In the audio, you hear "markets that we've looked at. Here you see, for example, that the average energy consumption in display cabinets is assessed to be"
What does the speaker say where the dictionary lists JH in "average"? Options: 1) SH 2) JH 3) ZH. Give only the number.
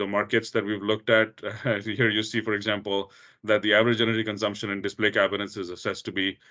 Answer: 2